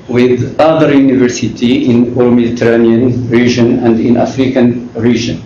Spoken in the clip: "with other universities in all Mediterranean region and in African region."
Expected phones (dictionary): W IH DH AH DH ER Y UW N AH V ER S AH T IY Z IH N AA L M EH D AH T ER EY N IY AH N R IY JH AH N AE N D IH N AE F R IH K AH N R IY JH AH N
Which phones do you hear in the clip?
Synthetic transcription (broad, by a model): W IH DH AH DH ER Y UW N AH V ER S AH T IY IH N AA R M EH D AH T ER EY N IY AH N R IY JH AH N AE N D IH N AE F R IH K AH N R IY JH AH N